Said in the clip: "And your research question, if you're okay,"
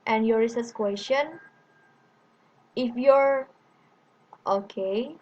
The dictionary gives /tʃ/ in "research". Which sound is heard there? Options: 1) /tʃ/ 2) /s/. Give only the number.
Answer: 2